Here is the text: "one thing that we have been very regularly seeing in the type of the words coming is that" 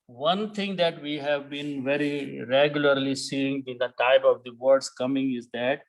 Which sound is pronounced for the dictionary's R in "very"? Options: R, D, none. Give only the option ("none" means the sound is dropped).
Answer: R